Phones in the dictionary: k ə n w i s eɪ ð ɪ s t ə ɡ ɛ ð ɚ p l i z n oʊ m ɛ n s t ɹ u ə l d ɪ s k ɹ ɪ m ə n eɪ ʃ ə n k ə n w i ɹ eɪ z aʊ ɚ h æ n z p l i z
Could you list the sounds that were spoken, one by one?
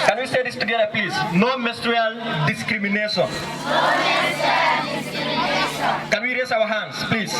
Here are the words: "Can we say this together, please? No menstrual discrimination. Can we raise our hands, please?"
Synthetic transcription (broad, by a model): k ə n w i s eɪ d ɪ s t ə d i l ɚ p l i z n oʊ m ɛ s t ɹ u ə l d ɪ s k ɹ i m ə n eɪ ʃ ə n k ə n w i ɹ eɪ s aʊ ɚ h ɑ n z p l i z